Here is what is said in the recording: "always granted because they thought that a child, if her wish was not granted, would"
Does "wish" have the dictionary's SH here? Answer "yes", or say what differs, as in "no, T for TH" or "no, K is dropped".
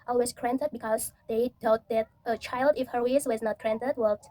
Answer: no, S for SH